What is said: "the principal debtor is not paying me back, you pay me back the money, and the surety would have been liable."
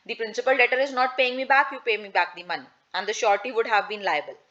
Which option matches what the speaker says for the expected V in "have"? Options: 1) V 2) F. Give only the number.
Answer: 1